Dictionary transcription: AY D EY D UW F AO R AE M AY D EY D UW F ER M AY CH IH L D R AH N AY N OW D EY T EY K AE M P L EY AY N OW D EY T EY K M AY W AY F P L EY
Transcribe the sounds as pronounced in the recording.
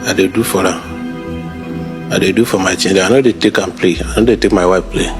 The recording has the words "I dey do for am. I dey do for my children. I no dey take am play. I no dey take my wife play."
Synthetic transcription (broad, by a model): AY D EY D UW F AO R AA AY D EY D UW F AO M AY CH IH N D AH AY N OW D EY T EY K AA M P L EY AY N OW D EY T EY K M AY W AY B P L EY